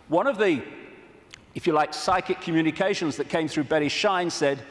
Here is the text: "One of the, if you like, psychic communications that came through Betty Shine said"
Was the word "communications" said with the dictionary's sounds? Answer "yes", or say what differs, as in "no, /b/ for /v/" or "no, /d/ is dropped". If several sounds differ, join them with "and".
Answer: yes